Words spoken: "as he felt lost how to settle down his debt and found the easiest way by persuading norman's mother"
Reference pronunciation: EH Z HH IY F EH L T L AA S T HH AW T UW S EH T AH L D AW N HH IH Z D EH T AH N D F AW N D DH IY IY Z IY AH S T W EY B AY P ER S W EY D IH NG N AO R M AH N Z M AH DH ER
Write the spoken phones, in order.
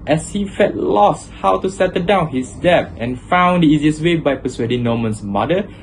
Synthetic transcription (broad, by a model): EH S HH IY F EH T L AA S T HH AW T UW S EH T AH D AW N HH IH S D EH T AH N F AW N D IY IY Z IY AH S W EY B AY P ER S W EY D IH NG N AO M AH N S M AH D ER